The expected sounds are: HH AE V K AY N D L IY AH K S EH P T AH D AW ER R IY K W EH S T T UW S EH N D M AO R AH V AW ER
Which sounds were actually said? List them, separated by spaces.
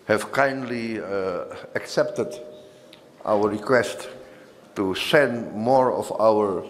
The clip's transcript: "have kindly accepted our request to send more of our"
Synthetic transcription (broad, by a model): HH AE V K AY N D L IY AH K S EH P T AH D AW ER R IY K W EH S T T UW S EH N D M AO R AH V AW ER